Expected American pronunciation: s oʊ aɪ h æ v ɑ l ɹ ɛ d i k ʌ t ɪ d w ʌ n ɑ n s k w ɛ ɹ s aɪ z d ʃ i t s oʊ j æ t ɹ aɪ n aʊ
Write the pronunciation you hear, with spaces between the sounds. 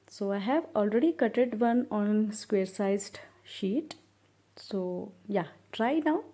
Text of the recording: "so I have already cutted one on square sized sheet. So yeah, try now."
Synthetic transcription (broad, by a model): s oʊ aɪ h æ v ɑ l ɹ ɛ d i k ʌ t ɪ d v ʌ n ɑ n s k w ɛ ɹ s aɪ z d ʃ i t s oʊ j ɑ t ɹ aɪ n aʊ